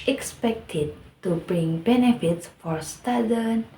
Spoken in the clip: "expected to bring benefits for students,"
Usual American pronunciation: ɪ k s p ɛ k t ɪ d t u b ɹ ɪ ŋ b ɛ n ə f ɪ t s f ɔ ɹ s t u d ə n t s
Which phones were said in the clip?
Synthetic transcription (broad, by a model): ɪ k s p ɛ k t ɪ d t u b ɹ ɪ ŋ b ɛ n ə f ɪ t s f ɔ ɹ s t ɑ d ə n